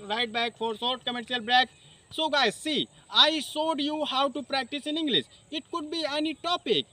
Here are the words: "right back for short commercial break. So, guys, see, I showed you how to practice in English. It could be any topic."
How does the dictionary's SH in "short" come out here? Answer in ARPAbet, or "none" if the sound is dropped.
S